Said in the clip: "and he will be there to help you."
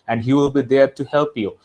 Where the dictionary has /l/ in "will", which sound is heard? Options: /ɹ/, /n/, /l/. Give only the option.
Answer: /l/